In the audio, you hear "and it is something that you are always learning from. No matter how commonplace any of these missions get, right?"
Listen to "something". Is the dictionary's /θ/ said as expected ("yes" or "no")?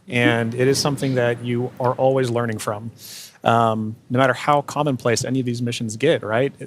yes